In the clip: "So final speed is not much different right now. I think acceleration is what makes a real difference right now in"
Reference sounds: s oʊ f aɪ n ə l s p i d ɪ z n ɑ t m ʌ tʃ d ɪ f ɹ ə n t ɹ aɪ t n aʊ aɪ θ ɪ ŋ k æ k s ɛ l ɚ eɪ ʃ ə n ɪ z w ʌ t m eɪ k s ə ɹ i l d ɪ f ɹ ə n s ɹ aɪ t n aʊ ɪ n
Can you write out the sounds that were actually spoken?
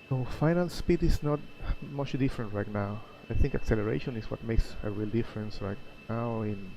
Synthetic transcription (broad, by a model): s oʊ f aɪ n ə l s p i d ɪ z n ɑ t m ʌ tʃ d ɪ f ɹ ə n t ɹ aɪ t n aʊ aɪ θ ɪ ŋ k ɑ k s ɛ l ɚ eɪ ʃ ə n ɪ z w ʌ t m eɪ k s ə ɹ i l d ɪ f ɹ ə n s ɹ aɪ t n aʊ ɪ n